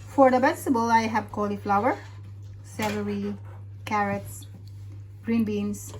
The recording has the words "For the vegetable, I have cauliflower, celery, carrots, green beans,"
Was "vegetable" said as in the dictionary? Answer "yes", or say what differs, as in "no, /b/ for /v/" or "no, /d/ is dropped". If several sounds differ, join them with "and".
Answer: no, /b/ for /v/